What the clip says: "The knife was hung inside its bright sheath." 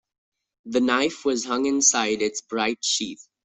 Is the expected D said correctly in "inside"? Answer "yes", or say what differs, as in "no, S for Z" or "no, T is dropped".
yes